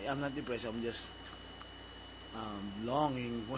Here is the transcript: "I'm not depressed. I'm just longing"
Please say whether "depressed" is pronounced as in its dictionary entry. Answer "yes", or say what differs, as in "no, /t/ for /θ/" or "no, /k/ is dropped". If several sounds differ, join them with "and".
no, /t/ is dropped